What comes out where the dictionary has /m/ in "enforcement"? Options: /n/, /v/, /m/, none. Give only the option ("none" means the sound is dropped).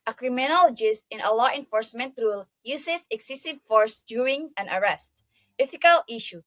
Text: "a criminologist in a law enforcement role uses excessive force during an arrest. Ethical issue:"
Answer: /m/